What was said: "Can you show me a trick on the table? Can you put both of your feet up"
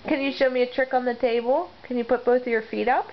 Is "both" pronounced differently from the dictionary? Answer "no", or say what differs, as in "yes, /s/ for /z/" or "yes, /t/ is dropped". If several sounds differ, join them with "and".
no